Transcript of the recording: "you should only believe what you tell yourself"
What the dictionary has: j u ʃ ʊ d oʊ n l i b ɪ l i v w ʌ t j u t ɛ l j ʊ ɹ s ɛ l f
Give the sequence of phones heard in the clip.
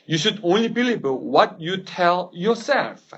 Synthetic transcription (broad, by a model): j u ʃ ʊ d oʊ n l i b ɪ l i b w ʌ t j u t ɛ l j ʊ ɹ s ɛ l f